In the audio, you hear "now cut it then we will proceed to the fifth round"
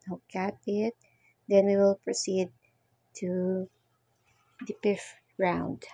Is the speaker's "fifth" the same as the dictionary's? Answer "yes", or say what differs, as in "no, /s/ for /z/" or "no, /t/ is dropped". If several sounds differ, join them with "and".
no, /p/ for /f/ and /f/ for /θ/